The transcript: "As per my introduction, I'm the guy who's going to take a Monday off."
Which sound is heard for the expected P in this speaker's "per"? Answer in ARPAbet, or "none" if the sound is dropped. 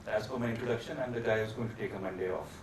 F